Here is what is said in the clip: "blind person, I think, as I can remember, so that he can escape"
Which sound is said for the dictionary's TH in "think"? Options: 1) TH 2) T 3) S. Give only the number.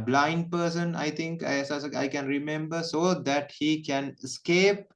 2